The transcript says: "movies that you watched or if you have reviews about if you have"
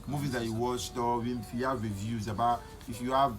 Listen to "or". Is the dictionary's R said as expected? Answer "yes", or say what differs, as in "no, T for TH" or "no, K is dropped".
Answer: no, W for R